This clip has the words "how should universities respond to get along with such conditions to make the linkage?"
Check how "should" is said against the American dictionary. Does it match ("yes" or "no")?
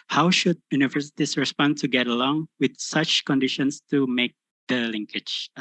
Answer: yes